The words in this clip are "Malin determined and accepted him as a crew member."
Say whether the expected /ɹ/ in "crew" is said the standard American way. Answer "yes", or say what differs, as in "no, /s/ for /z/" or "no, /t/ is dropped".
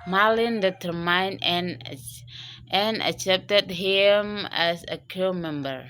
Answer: no, /ɹ/ is dropped